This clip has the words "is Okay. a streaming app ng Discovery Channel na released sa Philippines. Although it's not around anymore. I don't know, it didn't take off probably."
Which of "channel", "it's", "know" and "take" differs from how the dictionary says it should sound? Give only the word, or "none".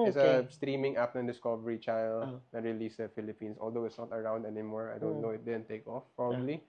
channel